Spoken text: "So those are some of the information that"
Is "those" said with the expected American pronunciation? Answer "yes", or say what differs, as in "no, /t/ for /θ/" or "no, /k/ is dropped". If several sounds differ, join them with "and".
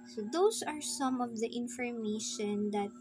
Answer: no, /s/ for /z/